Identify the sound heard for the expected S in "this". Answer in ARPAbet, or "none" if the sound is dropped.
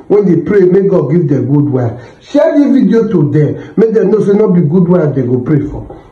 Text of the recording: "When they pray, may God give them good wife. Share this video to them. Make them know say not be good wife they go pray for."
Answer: none